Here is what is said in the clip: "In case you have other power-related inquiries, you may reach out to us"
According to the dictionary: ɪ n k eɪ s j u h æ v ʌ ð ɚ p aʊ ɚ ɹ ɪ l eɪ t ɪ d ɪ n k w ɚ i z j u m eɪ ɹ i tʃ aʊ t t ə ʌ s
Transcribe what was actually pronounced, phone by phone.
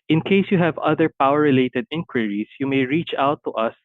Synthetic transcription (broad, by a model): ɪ n k eɪ s j u h æ v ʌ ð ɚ p aʊ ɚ ɹ ɪ l eɪ t ɪ d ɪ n k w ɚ i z j u m eɪ ɹ i tʃ aʊ t t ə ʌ s